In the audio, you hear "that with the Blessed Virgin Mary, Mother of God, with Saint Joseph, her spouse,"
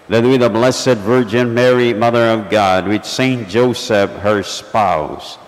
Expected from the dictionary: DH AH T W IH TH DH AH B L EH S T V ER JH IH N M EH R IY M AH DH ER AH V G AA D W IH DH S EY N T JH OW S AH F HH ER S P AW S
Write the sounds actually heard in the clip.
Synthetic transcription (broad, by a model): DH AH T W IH DH AH B L EH S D V ER JH IH N M EH R IY M AH DH ER AH V G AA D W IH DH S EY N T JH OW S AH F HH ER S P AW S